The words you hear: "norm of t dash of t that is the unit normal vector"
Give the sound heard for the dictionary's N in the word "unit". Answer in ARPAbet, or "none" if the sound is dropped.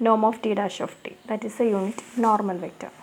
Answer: N